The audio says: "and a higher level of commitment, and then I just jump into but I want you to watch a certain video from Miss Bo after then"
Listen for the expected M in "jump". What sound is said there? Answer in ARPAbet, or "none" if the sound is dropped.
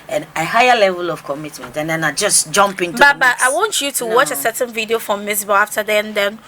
M